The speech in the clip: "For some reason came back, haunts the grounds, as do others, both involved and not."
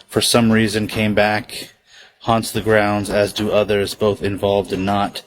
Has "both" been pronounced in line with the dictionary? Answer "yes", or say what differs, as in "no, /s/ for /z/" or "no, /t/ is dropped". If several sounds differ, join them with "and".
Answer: yes